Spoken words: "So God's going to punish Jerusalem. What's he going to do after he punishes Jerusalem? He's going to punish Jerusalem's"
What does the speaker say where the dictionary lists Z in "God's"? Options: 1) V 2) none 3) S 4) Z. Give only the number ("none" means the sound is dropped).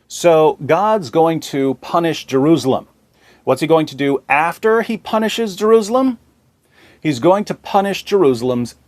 4